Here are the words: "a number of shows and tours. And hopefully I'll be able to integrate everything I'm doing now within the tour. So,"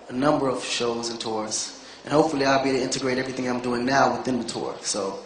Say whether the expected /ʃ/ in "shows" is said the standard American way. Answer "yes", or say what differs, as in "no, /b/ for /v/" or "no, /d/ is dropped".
yes